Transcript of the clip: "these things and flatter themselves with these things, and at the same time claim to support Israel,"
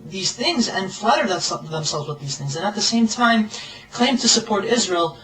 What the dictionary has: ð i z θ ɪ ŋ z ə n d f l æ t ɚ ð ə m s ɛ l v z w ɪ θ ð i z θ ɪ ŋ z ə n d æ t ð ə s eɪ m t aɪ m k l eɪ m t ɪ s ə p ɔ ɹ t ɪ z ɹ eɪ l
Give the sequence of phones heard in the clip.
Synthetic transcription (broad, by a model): ð i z θ ɪ ŋ z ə n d f l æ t ɚ ð ə m s ɛ l v z w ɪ ð i z θ ɪ ŋ z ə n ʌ t ð ə s eɪ m t aɪ m k l eɪ m t ɪ s ə p ɔ ɹ t ɪ z ɹ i l